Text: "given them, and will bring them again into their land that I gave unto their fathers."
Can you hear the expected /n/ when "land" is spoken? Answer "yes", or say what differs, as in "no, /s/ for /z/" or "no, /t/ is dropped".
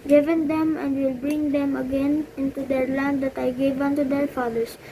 yes